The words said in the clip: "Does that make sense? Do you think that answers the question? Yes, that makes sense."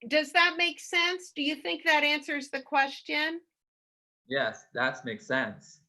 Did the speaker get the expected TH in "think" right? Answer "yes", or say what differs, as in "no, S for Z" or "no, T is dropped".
yes